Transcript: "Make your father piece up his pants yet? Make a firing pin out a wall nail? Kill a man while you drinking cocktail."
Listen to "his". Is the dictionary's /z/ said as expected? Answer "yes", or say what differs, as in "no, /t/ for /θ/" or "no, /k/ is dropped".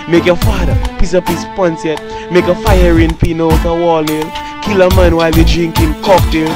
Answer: no, /s/ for /z/